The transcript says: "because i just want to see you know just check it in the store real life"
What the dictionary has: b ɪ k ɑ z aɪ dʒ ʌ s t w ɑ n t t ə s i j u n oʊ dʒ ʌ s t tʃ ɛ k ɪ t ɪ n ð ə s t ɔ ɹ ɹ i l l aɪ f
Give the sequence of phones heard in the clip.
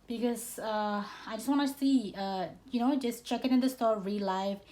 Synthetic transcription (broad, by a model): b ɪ k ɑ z aɪ dʒ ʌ s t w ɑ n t s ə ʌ j u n oʊ dʒ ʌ s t tʃ ɛ k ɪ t ɪ n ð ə s t ɔ ɹ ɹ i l l aɪ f